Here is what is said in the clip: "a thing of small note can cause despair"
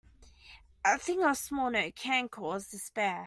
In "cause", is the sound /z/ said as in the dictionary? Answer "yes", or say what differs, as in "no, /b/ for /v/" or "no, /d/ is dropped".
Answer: yes